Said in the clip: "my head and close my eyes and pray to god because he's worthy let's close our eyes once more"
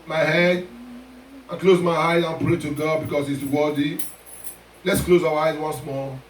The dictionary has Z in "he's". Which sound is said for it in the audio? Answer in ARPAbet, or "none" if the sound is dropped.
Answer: S